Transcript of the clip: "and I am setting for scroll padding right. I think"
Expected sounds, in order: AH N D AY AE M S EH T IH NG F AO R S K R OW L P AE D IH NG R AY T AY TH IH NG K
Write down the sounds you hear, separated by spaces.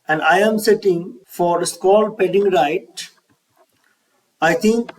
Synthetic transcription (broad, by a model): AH N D AY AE M S EH T IH NG F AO R S K OW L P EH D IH NG R AY T AY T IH NG K